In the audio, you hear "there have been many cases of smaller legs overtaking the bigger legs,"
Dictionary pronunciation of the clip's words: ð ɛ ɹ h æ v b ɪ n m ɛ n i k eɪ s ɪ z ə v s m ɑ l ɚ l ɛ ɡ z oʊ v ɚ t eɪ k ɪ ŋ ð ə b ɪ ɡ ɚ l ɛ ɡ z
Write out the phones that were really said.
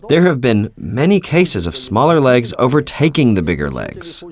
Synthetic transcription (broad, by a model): ð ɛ ɹ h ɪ v b ɪ n m ɛ n i k eɪ s ɪ z ə v s m ɑ l ɚ l ɛ ɡ z oʊ v ɚ t eɪ k ɪ ŋ ð ə b ɪ ɡ ɚ l ɛ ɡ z